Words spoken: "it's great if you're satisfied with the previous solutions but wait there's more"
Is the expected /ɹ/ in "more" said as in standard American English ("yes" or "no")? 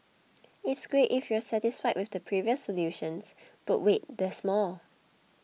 no